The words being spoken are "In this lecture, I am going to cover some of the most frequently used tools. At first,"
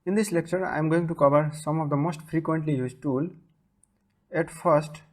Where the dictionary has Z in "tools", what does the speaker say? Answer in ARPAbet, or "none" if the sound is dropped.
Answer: none